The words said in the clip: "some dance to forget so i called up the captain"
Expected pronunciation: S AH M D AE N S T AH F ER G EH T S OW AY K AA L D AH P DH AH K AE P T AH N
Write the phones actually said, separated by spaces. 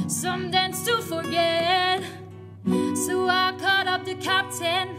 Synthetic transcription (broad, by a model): S AH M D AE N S T AH F ER G EH T S OW AY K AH D AH P DH AH K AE P T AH N